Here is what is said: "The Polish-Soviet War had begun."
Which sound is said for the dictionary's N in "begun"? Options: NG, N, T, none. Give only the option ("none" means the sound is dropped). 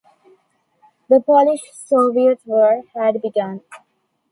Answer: N